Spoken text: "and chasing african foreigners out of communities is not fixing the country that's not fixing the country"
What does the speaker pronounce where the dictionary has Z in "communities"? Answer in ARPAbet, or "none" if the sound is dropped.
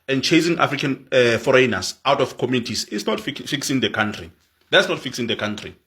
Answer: S